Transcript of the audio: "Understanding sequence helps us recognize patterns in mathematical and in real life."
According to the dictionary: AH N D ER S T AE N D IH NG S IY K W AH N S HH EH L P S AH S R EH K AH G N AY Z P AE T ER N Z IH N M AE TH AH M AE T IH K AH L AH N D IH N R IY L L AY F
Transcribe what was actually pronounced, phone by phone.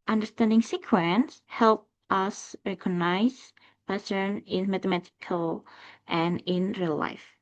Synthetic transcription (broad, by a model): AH N D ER S T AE N D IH NG S IY K W AH N S HH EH L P AH S R EH K AH G N AY Z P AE S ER N IH N M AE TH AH M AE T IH K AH L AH N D IH N R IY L L AY F